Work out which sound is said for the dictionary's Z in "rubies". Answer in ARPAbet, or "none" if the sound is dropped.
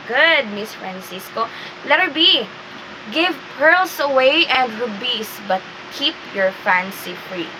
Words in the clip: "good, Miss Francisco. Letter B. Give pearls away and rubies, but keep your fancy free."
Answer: S